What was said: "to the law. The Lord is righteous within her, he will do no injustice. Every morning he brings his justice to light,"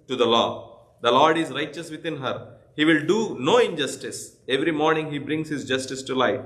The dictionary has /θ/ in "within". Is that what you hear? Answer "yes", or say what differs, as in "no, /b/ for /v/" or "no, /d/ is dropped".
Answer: no, /t/ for /θ/